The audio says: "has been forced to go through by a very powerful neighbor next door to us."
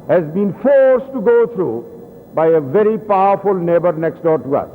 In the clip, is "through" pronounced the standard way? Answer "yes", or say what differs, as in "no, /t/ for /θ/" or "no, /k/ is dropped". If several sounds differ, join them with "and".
no, /t/ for /θ/